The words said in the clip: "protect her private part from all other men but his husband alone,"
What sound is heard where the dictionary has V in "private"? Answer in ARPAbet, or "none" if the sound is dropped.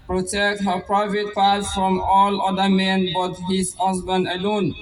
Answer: V